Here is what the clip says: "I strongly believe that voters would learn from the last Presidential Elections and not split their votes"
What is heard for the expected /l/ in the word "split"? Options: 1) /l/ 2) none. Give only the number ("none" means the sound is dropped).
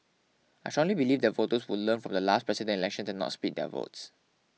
2